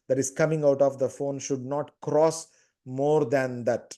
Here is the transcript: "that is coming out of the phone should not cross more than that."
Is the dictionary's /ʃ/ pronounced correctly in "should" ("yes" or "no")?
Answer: yes